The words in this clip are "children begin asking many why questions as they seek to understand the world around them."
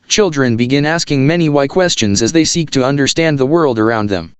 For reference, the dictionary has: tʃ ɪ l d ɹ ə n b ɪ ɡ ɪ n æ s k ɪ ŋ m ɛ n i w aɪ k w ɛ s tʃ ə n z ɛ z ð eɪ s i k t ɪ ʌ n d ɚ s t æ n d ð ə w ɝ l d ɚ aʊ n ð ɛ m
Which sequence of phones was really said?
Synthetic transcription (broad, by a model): tʃ ɪ l d ɹ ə n b ɪ ɡ ɪ n æ s k ɪ ŋ m ɛ n i w aɪ k w ɛ s tʃ ə n z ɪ z ð eɪ s i k t ɪ ʌ n d ɚ s t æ n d ð ə w ɝ l d ɚ aʊ n ð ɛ m